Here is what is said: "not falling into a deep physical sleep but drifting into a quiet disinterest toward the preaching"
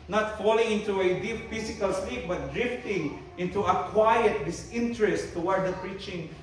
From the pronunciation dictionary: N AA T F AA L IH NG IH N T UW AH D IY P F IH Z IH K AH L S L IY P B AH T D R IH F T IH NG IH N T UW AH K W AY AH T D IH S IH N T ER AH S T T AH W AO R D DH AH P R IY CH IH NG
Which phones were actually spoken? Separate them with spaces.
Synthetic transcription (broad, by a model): N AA T F AA L IH NG IH N T UW AH D IY P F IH S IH K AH L S L IY P B AH T D R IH F T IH NG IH N T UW AH K W AY AH T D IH S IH N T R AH S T T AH W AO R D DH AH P R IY CH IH NG